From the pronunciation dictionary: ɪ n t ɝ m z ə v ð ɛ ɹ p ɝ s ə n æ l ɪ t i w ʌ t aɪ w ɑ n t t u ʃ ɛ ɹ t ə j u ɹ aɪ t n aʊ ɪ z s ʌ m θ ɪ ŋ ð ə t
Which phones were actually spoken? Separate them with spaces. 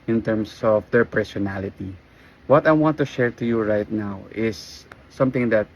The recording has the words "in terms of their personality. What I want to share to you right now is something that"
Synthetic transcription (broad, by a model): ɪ n t ɝ m s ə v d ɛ ɹ p ɝ s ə n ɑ l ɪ t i w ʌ t aɪ w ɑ n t t u ʃ ɛ ɹ t ə j u ɹ aɪ t n aʊ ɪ s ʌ m t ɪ ŋ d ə t